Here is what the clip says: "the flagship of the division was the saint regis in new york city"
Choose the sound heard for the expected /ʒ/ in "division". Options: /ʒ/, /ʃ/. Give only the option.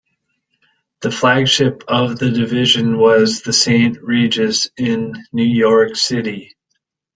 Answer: /ʒ/